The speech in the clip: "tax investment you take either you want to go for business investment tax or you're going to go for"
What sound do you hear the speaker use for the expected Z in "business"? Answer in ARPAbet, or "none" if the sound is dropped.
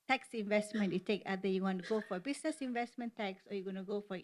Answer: S